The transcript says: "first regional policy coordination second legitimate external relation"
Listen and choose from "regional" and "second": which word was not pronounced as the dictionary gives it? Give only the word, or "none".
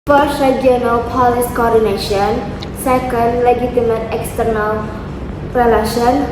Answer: regional